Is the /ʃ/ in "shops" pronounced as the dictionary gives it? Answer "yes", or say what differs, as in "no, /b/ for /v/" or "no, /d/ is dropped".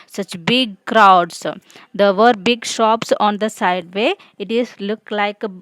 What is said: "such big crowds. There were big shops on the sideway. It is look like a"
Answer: yes